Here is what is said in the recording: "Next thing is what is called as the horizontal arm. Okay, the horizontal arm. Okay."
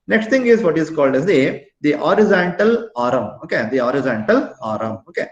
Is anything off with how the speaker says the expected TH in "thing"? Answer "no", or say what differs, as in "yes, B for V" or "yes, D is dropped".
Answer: yes, T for TH